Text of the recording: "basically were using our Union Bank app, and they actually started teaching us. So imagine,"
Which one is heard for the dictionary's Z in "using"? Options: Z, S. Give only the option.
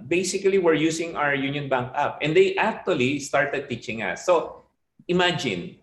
S